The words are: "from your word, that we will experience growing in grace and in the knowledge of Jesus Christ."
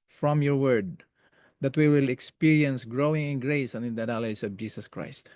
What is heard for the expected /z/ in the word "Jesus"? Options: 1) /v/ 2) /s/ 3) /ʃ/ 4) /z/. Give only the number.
2